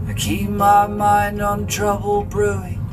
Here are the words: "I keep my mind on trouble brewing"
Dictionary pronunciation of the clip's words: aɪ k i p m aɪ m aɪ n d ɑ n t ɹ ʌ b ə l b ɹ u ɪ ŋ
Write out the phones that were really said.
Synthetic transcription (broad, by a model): k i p m aɪ m aɪ n d n t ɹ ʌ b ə l b ɹ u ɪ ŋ